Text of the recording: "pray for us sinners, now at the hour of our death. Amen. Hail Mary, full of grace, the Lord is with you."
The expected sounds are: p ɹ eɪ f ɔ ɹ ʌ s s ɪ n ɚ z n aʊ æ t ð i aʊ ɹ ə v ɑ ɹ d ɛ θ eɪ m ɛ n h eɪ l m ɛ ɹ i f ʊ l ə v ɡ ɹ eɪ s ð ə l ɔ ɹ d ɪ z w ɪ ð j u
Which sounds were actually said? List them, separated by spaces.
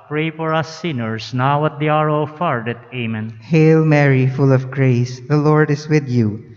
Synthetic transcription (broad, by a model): p ɹ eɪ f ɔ ɹ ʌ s s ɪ n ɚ s n aʊ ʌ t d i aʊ ɹ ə f ɑ ɹ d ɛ t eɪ m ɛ n h eɪ l m ɛ ɹ i f ʊ l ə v ɡ ɹ eɪ s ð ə l ɔ ɹ d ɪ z w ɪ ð j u